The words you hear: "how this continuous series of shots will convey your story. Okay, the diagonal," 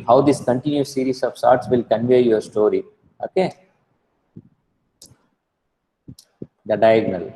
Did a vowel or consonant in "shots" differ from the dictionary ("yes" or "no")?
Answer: yes